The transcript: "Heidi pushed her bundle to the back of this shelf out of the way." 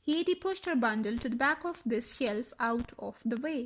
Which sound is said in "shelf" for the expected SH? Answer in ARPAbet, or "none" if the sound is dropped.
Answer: SH